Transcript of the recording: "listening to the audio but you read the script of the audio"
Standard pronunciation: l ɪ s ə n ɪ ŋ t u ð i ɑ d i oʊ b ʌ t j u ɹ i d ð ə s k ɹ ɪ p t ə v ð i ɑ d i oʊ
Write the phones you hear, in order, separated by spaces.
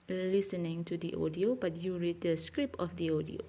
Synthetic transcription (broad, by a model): l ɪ s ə n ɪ ŋ t u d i ɑ d i oʊ b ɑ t j u ɹ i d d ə s k ɹ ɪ p ə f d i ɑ d i oʊ